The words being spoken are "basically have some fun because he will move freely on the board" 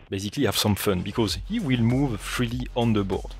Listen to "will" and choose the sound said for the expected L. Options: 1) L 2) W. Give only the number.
1